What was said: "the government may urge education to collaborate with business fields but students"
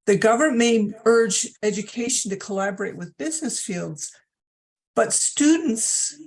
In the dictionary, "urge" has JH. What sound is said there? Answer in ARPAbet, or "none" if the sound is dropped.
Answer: JH